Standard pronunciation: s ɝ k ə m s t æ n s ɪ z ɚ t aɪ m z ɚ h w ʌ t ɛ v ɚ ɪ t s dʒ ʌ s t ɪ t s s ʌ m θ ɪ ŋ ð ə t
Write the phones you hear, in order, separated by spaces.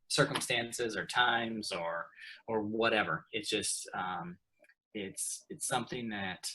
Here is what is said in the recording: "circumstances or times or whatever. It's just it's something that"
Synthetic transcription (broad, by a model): s ɝ k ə m s t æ n s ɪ z ɚ t aɪ m z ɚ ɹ w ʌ t ɛ v ɚ ɪ t s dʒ ʌ s t ɪ t s s ʌ m θ ɪ ŋ ð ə t